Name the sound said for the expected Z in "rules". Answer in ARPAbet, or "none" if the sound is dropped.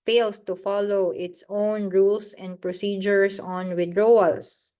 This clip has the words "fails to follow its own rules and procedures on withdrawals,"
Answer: S